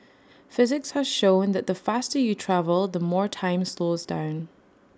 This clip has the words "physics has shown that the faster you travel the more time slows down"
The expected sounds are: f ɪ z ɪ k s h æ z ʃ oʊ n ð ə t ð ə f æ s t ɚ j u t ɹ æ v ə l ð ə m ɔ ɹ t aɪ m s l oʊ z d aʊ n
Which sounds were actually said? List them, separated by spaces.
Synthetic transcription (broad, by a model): f ɪ z ɪ k s h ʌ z ʃ oʊ n ð ə t ð ə f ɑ s t ɚ j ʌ t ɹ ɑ v ə l ð ə m ɔ ɹ t aɪ m s l oʊ z d aʊ n